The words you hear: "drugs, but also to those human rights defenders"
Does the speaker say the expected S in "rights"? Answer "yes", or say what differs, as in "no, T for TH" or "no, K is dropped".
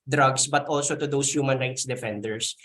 yes